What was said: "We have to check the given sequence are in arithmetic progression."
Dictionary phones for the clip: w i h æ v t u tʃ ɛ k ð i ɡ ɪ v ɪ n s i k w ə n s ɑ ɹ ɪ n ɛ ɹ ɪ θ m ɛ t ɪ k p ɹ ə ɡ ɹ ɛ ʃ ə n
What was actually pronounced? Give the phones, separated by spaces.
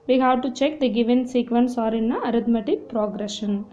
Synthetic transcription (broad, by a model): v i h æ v t u tʃ ɛ k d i ɡ ɪ v ɪ n s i k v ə n s ɑ ɹ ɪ n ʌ ɹ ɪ t m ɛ t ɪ k p ɹ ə ɡ ɹ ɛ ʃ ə n